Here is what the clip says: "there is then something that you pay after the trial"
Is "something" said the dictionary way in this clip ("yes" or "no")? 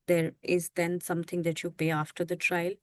no